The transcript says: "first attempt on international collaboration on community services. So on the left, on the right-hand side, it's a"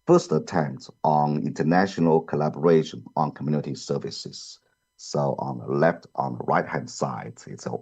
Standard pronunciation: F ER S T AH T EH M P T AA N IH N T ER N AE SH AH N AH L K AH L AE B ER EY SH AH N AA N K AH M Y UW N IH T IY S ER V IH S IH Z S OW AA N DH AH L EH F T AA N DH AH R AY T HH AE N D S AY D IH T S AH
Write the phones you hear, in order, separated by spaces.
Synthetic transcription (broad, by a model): F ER S T AH T EH M P T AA N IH N T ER N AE SH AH N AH L K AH L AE B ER EY SH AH N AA N K AH M Y UW N IH T IY S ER V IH S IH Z S OW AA N DH AH L EH F T AA N DH AH R AY T HH AE N D S AY D IH T S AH